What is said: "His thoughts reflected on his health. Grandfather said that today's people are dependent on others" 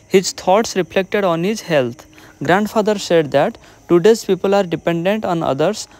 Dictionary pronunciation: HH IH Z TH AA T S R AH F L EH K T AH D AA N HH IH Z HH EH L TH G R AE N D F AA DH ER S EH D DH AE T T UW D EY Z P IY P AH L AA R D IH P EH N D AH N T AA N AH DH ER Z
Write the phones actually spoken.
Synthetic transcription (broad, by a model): HH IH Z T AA T S R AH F L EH K T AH D AA N HH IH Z HH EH L T G R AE N D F AA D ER S EH D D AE T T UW D EY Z P IY P AH L AA R D IH P EH N D AH N T AA N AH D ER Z